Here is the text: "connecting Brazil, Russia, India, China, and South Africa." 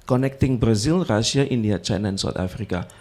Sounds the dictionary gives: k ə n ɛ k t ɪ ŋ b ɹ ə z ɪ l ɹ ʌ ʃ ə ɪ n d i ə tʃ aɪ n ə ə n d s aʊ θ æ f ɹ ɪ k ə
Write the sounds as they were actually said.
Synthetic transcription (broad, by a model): k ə n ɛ k t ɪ ŋ b ɹ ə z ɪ l ɹ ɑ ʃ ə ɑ n d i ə tʃ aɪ n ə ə n s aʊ t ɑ f ɹ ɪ k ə